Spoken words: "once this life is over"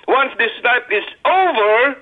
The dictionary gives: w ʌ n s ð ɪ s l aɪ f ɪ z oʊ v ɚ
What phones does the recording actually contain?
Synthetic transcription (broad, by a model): w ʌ n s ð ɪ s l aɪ p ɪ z oʊ v ɚ